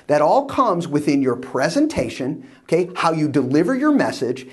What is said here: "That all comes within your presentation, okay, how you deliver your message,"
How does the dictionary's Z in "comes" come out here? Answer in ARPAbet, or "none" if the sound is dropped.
Z